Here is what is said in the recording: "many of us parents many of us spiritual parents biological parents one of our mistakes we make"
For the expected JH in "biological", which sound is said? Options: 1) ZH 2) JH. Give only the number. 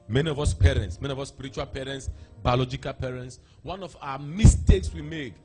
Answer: 2